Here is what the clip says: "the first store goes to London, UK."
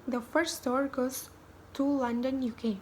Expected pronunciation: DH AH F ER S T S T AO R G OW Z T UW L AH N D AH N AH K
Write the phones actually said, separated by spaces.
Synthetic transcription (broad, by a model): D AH F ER T S T AO R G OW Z T UW L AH N D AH N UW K